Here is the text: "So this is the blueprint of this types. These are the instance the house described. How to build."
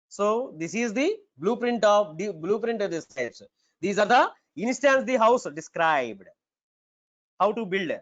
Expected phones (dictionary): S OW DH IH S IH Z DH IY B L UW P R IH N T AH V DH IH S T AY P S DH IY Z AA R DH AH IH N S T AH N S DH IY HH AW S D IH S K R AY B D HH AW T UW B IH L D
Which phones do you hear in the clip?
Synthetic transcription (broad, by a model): S OW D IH S IH Z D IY B L UW P R IH N T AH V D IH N T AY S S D IY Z AA R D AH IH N S T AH N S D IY HH AW S D IH S K R AY B D HH AW T UW B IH L D